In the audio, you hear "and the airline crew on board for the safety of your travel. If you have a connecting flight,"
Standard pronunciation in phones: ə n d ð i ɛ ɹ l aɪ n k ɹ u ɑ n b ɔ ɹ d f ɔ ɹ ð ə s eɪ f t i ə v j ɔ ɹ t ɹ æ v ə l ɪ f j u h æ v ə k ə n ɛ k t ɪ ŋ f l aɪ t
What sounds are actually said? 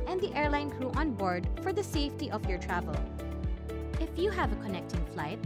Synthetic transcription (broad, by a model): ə n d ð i ɛ ɹ l aɪ n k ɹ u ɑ n b ɔ ɹ d f ɔ ɹ ð ə s eɪ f t i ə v j ɔ ɹ t ɹ æ v ə l ɪ f j u h æ v ə k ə n ɛ k t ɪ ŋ f l aɪ t